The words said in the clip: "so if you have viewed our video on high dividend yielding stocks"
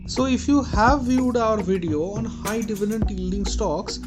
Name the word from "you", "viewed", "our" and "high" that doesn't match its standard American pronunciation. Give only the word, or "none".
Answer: none